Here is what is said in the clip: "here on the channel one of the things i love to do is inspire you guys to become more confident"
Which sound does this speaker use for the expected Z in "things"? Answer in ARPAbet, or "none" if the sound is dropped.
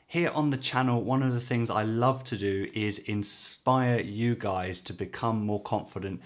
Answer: Z